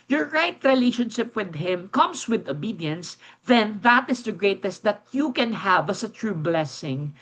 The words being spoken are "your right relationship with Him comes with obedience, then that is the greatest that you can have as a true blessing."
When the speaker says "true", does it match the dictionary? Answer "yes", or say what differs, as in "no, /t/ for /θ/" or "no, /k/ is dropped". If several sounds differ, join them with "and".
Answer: yes